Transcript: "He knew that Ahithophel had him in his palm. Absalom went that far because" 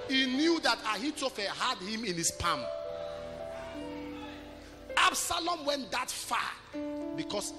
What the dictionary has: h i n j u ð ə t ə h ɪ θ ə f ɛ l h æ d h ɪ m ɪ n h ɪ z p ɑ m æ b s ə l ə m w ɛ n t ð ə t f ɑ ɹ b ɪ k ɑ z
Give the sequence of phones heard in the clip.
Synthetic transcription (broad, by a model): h i n j u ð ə t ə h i t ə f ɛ h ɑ d h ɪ m ɪ n h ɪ s p ɑ m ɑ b s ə l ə m w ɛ n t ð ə t f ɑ b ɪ k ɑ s